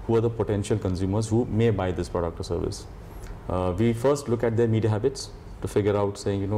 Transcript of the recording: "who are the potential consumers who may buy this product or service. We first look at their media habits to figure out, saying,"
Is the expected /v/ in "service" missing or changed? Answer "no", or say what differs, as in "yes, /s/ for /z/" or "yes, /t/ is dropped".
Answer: no